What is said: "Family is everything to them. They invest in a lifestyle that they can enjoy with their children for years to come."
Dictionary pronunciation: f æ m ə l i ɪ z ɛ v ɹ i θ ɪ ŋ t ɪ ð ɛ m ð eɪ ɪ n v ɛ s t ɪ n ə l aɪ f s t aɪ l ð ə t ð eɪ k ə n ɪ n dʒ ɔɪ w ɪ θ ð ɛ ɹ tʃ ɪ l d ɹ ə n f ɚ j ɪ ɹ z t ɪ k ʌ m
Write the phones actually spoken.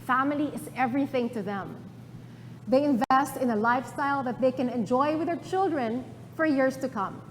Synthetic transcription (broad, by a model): f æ m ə l i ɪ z ɛ v ɹ i θ ɪ ŋ t ɪ ð ɛ m ð eɪ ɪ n v ɛ s t ɪ n ə l aɪ f s t aɪ l ð ə t ð eɪ k ə n ɪ n dʒ ɔɪ w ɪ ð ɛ ɹ tʃ ɪ l d ɹ ə n f ɚ j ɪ ɹ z t ɪ k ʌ m